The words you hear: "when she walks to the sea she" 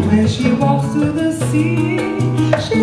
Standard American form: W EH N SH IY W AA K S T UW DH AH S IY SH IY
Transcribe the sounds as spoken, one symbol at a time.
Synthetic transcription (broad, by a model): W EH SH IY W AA S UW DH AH S IY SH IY